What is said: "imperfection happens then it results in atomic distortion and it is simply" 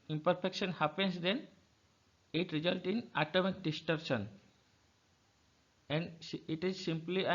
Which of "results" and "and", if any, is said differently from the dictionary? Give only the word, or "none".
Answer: results